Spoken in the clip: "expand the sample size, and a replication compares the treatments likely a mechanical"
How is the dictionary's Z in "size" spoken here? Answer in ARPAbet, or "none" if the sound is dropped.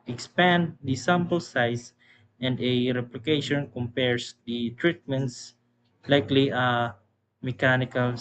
S